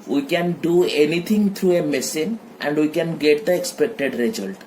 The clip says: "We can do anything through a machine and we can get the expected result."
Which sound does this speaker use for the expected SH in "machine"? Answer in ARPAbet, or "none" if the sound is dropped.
S